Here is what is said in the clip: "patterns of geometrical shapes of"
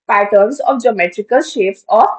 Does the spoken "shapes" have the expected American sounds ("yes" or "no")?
no